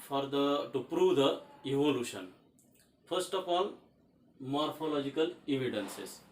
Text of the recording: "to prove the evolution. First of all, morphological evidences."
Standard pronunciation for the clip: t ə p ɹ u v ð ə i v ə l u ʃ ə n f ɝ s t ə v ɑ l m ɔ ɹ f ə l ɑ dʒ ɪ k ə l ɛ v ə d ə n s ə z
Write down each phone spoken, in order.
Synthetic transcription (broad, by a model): t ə p ɹ u v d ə i v ə l u ʃ ə n f ɝ s t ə p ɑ n m ɔ ɹ f ə l ɑ dʒ ɪ k ə l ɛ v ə d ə n s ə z